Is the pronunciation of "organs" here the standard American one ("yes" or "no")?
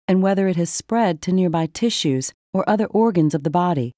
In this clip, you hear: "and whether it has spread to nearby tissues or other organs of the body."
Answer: yes